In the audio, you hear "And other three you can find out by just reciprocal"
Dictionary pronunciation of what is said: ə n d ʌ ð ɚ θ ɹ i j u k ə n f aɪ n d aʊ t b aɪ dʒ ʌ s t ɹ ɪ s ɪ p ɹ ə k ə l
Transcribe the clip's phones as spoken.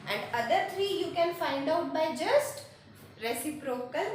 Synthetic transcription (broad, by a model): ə n d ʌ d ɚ t ɹ i j u k ə n f aɪ n d aʊ t b aɪ dʒ ʌ s t ɹ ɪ s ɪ p ɹ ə k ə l